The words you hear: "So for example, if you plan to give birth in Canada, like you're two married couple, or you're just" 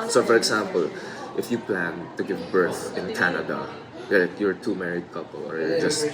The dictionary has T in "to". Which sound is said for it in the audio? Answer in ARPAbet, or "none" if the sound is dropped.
T